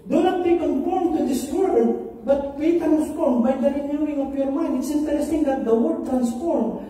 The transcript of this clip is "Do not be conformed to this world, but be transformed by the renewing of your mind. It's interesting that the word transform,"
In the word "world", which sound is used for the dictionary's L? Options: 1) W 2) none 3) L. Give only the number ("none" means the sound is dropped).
2